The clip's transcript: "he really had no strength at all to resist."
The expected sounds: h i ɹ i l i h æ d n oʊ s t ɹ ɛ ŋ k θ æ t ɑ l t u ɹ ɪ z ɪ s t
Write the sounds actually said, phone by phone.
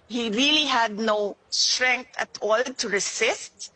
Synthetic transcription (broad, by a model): h i ɹ i l i h æ d n oʊ s t ɹ ɛ ŋ k t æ t ɑ l t u ɹ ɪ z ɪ s t